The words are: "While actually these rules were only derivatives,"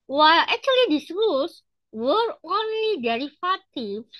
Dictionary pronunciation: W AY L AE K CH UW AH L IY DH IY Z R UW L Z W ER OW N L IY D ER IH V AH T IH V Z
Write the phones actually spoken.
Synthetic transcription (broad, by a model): W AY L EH K CH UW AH L IY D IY S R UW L S W ER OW N L IY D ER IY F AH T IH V